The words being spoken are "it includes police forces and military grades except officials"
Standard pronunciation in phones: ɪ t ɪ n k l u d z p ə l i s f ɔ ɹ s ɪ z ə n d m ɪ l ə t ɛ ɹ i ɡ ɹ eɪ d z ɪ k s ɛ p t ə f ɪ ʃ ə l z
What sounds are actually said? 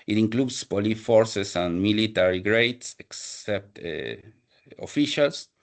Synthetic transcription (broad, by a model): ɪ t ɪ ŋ k l u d s p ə l i f ɔ ɹ s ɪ s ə n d m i l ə t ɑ ɹ i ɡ ɹ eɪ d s ɪ k s ɛ p t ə f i ʃ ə l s